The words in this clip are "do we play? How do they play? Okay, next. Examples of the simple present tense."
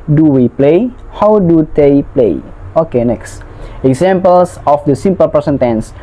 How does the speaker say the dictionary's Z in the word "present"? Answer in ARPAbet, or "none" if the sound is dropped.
S